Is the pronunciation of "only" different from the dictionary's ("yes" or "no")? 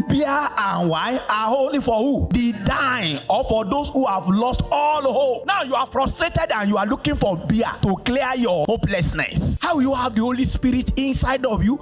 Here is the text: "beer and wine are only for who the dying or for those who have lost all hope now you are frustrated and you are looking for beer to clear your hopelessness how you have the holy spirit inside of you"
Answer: yes